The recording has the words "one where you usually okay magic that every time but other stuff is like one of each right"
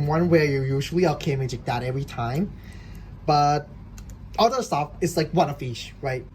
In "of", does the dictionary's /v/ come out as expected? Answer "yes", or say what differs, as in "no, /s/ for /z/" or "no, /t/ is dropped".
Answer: no, /f/ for /v/